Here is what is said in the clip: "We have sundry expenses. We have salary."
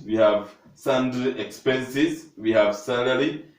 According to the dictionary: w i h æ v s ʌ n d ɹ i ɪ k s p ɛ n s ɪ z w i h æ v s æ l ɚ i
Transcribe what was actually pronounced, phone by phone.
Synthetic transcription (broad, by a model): w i h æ v s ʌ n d i k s p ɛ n s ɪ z w i h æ v s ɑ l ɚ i